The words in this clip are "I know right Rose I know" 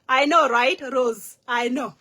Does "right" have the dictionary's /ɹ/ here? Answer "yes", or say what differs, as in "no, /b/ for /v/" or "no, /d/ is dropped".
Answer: yes